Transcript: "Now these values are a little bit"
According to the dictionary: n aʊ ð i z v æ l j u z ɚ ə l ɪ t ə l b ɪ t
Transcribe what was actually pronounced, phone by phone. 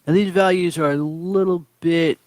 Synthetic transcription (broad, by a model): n ð i z v æ l j u z ɚ ə l ɪ t l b ɪ t